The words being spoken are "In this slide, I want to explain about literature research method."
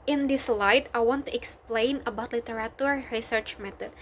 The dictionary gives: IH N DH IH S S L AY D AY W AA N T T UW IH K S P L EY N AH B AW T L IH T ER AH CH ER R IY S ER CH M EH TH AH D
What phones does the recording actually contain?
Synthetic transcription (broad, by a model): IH N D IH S S L AY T AY W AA N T T UW IH K S P L EY N AH B AW T L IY T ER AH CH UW R IY S ER CH M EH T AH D